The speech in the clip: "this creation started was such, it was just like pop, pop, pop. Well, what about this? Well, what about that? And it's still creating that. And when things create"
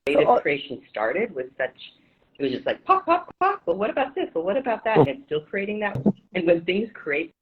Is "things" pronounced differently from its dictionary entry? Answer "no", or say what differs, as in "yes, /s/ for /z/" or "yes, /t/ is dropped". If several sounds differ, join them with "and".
no